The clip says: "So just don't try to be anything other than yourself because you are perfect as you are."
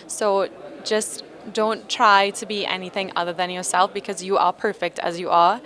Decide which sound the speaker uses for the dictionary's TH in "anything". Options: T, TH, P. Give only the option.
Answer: TH